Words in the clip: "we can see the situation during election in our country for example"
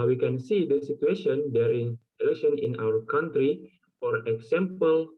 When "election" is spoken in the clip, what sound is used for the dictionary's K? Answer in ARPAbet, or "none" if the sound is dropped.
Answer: none